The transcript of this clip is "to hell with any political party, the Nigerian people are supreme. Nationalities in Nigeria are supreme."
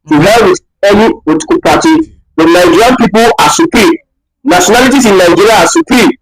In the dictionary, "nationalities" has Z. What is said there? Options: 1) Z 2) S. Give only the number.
2